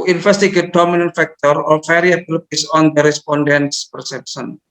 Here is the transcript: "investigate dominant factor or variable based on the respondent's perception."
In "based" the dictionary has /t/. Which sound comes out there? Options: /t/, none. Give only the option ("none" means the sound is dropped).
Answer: none